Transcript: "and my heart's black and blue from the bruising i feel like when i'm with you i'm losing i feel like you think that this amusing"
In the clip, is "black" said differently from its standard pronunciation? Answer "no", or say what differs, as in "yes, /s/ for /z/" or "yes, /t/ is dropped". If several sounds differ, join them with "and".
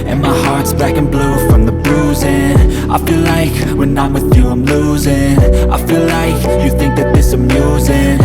yes, /l/ is dropped